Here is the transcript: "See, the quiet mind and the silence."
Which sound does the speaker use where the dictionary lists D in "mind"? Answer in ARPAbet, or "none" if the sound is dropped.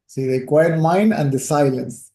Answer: D